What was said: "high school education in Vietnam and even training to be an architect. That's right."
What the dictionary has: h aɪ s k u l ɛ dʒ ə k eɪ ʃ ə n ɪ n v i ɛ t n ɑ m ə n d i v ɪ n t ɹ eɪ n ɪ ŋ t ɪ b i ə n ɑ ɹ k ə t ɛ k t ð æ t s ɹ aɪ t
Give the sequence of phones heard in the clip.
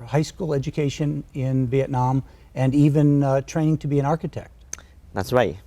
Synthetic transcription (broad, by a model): h aɪ s k u l ɛ dʒ ə k eɪ ʃ ə n ɪ n v i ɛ t n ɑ m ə n i v ɪ n t ɹ eɪ n ɪ ŋ t ɪ b i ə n ɑ ɹ k ə t ɛ k t ð æ t s ɹ aɪ t